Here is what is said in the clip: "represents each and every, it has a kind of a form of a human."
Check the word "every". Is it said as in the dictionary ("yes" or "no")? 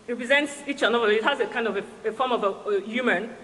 no